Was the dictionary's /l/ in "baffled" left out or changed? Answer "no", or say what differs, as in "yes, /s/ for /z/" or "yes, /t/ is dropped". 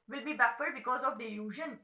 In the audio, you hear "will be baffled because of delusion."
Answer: yes, /l/ is dropped